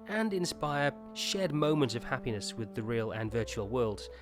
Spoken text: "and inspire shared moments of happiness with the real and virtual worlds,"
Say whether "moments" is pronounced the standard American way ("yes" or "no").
no